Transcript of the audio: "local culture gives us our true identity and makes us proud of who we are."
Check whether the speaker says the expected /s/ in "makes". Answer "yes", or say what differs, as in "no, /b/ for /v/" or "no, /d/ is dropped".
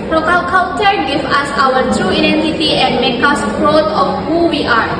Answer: no, /s/ is dropped